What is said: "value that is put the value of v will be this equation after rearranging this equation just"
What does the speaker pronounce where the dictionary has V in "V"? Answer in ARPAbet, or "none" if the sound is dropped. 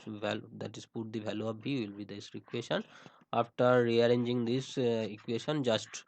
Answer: B